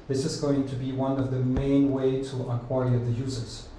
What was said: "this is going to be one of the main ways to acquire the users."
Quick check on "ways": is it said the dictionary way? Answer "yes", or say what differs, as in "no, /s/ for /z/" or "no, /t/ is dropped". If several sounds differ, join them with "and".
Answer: no, /z/ is dropped